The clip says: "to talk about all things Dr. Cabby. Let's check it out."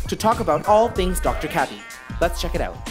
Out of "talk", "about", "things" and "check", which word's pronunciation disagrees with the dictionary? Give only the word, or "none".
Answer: none